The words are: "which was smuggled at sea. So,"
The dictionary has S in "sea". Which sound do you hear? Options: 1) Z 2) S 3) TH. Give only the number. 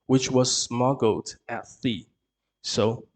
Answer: 3